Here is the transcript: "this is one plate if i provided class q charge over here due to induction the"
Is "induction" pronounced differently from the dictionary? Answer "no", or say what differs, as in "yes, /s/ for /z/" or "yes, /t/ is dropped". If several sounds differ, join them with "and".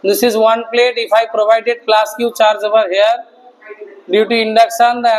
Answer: yes, /s/ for /ʃ/